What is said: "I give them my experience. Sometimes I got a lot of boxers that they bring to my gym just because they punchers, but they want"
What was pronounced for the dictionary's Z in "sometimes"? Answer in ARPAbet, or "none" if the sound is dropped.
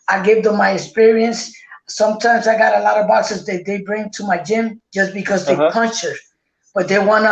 Z